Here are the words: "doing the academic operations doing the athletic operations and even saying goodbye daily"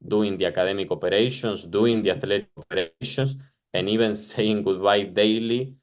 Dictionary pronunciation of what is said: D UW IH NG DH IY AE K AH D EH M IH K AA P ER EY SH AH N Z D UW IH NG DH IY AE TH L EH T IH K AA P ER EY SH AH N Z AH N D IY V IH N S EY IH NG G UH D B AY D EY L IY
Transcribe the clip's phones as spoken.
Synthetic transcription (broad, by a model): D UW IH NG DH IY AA K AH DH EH M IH K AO P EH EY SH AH N S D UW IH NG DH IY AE T L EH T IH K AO P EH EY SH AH N S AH N IY B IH N S EY IH NG G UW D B AY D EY L IY